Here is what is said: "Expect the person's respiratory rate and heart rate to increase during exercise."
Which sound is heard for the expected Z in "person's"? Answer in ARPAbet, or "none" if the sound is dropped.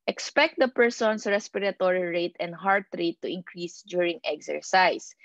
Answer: S